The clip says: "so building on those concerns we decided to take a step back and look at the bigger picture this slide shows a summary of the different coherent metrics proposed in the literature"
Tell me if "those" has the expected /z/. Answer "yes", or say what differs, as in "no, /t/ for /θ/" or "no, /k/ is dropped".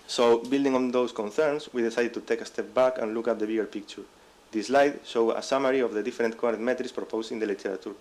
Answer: no, /s/ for /z/